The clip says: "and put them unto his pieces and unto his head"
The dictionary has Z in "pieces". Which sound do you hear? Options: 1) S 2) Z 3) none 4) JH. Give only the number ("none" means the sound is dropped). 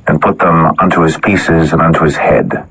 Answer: 2